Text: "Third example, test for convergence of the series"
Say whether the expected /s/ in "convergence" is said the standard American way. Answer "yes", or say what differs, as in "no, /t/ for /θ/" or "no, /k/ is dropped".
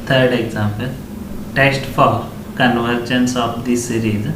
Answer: yes